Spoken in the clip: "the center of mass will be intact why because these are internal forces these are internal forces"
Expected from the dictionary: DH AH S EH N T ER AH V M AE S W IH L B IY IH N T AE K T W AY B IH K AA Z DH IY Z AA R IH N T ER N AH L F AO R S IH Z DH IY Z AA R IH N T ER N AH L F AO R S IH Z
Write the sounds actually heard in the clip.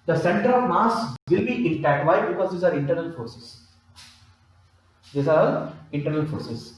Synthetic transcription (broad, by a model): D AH S EH N T ER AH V M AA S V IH L B IY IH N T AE T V AY B IH K AA Z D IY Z AA R IH N T ER N AH L F AO R S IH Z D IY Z AA R IH N T ER N AH L F AO R S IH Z